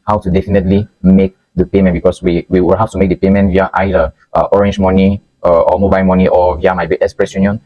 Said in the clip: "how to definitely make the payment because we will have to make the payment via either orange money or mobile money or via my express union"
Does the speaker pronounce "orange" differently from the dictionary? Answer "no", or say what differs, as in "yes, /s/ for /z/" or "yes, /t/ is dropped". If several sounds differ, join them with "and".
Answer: no